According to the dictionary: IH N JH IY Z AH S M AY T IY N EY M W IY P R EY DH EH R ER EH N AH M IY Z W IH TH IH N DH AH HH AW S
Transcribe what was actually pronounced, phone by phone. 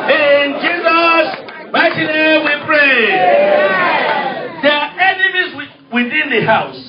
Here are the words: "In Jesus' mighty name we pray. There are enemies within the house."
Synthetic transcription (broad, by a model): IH N JH IY Z AH S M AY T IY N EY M W IY P R EY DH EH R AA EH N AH M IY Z W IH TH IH N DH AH HH AW S